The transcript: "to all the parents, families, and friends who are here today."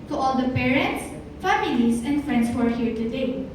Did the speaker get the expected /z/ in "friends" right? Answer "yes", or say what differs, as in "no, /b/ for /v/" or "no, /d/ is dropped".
no, /s/ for /z/